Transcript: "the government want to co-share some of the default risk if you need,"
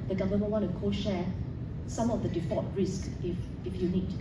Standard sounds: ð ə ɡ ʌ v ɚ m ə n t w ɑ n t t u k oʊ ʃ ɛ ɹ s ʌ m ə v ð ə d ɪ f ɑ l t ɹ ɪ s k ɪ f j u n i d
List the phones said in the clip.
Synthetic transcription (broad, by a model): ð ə ɡ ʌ v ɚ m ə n w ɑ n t t u k oʊ ʃ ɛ s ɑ m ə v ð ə d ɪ f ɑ t ɹ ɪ s k ɪ f j u n i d